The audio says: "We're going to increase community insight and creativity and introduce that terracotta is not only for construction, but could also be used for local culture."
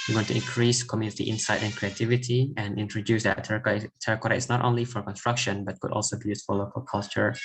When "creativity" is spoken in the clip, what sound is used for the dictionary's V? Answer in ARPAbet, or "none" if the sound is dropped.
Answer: V